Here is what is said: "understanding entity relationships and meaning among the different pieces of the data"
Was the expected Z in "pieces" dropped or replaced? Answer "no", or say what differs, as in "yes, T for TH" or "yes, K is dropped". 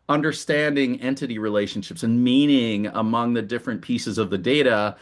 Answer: no